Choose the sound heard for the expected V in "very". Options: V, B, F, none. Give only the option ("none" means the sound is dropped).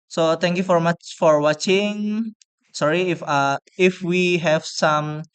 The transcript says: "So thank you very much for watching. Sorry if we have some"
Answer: F